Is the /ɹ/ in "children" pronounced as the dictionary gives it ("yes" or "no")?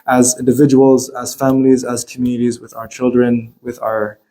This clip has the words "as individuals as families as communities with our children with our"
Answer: yes